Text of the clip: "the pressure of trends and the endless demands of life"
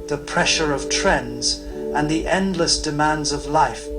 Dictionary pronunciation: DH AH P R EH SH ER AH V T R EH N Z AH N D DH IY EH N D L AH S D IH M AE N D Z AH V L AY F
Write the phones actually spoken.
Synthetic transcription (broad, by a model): DH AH P R EH SH ER AH V T R EH N Z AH N DH IY EH N D L AH S D IH M AE N D Z AH V L AY F